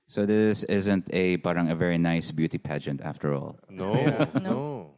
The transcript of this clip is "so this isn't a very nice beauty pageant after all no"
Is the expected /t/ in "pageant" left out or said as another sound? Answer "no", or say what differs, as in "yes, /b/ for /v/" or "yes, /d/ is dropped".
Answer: no